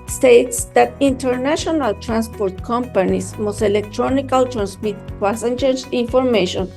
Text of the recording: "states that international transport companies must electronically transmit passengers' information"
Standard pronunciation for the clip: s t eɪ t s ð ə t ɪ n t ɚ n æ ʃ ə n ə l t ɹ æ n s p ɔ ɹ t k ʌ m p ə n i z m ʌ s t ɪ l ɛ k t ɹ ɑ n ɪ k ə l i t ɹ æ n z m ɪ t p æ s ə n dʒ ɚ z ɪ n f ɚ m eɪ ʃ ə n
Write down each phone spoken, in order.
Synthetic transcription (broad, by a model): s t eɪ t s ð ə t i n t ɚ n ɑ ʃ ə n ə l t ɹ æ n s p ɔ ɹ t k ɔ m p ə n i s m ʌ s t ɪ l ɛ k t ɹ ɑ n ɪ k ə l t ɹ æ n s m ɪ t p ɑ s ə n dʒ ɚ s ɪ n f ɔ m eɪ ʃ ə n